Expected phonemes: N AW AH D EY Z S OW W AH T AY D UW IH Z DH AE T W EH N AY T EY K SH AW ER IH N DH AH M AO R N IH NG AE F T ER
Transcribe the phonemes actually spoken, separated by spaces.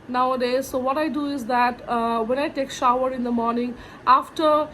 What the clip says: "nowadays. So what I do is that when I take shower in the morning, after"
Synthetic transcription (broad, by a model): N AW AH D EY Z S OW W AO T AY D UW IH Z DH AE T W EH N AY T EY K SH AW ER IH N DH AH M AO R N IH NG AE F T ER